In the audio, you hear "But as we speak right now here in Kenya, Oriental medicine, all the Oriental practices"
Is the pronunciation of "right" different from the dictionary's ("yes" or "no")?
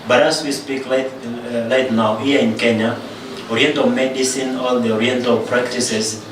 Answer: yes